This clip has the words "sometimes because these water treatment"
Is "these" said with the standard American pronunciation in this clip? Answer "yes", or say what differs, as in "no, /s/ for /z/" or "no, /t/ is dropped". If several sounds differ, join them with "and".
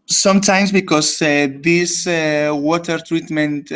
no, /s/ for /z/